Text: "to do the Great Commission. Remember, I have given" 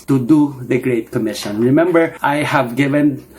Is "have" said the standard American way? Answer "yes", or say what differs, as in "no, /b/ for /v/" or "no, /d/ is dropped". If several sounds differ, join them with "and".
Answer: yes